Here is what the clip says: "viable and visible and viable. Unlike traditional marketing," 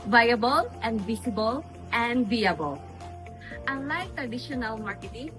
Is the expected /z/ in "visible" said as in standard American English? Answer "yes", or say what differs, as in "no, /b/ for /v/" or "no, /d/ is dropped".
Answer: no, /s/ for /z/